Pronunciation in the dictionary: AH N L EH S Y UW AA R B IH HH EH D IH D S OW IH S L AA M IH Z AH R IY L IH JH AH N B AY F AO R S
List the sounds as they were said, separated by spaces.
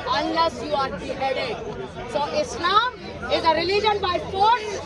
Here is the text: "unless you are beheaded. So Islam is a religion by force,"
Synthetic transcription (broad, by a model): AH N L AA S Y UW AA R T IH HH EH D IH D S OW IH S N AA IH Z AH R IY L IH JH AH N B AY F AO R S